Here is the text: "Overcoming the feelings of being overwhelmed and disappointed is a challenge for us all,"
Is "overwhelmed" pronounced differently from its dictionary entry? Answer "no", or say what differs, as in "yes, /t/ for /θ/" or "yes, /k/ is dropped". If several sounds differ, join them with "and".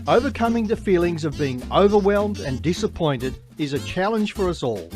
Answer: no